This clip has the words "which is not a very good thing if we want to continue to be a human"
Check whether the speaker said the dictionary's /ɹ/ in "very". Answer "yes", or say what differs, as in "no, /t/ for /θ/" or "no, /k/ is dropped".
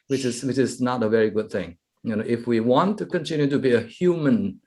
yes